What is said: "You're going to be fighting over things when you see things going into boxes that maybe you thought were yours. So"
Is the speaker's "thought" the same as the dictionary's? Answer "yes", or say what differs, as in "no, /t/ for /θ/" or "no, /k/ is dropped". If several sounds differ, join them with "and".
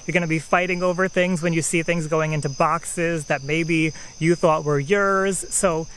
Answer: yes